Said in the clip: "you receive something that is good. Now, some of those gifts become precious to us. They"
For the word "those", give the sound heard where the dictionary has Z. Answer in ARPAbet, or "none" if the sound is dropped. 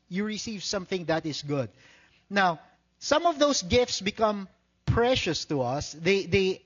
S